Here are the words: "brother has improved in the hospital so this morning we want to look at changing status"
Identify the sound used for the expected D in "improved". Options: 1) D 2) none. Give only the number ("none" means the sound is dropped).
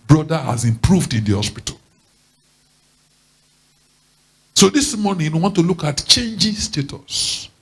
1